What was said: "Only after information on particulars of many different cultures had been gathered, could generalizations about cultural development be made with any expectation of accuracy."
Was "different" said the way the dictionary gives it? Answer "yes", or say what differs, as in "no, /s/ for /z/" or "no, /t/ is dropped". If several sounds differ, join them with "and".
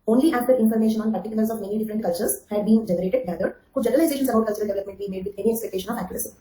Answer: yes